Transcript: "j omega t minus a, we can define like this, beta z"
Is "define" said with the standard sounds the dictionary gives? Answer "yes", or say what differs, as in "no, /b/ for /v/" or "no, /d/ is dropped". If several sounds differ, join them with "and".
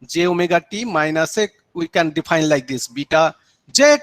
no, /p/ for /f/